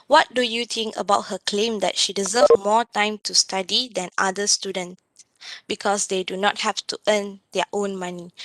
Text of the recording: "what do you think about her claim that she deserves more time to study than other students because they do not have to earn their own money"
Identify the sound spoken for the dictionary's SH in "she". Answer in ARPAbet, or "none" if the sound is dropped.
SH